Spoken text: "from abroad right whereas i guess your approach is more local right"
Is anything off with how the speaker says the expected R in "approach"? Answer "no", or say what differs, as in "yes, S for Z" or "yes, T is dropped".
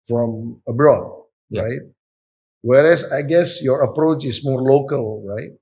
no